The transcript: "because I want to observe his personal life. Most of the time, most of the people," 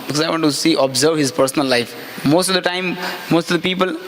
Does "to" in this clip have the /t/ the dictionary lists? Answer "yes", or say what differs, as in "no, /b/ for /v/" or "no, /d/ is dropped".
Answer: no, /s/ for /t/